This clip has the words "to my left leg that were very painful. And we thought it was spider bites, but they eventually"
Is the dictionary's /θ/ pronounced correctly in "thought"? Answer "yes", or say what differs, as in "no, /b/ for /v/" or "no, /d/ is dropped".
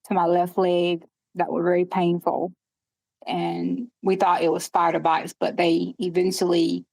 yes